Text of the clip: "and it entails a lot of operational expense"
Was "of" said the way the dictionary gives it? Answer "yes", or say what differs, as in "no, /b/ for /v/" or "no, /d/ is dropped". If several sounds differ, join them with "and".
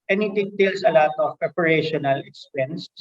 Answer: no, /p/ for /v/